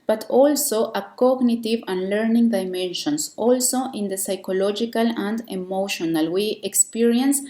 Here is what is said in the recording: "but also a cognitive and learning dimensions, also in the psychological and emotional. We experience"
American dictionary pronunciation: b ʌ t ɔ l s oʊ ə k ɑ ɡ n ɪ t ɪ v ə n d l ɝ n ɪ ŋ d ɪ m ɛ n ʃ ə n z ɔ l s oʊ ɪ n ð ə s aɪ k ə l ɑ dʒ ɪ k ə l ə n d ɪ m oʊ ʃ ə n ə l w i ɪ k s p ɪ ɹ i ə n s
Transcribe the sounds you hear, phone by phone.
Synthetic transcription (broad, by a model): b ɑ t ɔ l s oʊ ə k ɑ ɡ n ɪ t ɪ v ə n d l ɝ n ɪ ŋ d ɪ m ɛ n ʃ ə n s ɔ l s oʊ ɪ n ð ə s aɪ k ə l ɑ dʒ ɪ k ə l ə n d ɪ m oʊ ʃ ə n ə l w i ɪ k s p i ɹ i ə n s